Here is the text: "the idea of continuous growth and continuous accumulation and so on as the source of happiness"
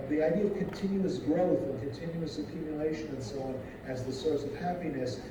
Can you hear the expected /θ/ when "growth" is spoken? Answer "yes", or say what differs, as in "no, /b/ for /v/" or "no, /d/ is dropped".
yes